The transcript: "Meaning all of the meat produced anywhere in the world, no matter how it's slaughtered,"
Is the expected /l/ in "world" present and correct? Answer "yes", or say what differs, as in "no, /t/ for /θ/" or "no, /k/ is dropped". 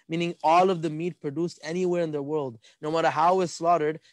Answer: yes